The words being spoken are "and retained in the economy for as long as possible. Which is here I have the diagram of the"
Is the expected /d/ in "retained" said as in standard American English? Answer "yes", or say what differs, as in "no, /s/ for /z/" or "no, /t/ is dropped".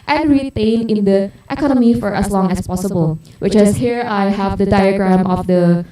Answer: no, /d/ is dropped